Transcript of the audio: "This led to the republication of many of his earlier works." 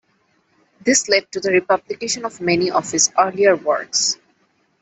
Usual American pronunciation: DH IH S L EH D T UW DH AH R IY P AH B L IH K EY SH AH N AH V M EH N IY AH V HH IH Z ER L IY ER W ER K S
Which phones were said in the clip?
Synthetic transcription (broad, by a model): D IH S L EH D T UW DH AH R IY P AH B L IH K EY SH AH N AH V M EH N IY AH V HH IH S ER L IY ER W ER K S